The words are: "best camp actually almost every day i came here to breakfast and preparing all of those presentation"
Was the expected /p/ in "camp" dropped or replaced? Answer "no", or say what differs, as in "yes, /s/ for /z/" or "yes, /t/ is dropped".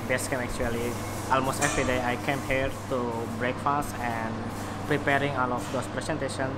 yes, /p/ is dropped